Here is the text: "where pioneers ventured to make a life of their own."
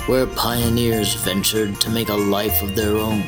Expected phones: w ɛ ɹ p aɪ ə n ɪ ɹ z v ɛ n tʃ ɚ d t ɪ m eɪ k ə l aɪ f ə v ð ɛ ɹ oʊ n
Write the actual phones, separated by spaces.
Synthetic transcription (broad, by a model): w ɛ ɹ p aɪ ə n ɪ ɹ z v ɛ n tʃ ɚ d t ɪ m eɪ k ə l aɪ f ə v ð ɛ ɹ oʊ n